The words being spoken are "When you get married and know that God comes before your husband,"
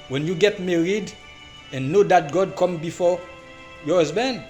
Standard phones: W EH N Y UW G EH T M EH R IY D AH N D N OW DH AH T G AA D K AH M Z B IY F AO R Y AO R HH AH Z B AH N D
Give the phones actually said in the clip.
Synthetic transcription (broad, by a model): W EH N Y UW G EH T M EH R IY D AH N N OW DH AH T G AA D K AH M B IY F AO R Y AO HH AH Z B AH N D